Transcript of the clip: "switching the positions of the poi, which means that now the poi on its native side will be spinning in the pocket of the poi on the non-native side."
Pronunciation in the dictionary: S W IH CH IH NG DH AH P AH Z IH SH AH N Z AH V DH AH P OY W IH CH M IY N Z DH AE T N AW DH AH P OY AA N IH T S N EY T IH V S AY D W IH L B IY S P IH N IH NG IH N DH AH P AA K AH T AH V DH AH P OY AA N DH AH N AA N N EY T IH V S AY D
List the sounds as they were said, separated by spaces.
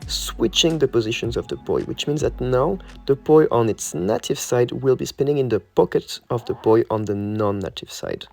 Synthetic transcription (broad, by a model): S W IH CH IH NG DH AH P AH Z IH SH AH N Z AH V DH AH B OY W IH CH M IY N Z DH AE T N AW DH AH B OY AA N IH T S N EY T IH V S AY D W IH L B IY S P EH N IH NG IH N DH AH P AA K AH T AH V DH AH B OY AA N DH AH N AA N N EY T IH V S AY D